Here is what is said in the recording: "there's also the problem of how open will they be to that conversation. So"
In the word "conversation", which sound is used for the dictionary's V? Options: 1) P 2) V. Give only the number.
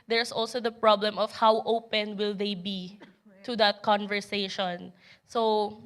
2